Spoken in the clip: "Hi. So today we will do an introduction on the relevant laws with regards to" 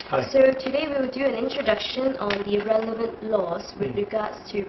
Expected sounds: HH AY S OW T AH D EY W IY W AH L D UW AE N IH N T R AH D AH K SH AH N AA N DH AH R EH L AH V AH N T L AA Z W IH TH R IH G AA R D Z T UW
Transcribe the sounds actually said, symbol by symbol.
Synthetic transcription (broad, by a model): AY S OW T AH D EY W IY W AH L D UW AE N IH N T R AH D AH K SH AH N AA N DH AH R EH L AH V AH N T L AA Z W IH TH R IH G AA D S T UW